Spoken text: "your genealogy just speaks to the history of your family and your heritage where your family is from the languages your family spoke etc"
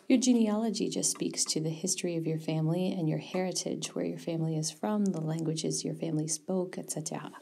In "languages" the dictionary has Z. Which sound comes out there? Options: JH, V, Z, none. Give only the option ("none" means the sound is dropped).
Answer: Z